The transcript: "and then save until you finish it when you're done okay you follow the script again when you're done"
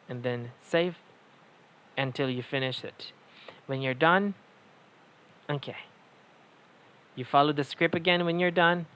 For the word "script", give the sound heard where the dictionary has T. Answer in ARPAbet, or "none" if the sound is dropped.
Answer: none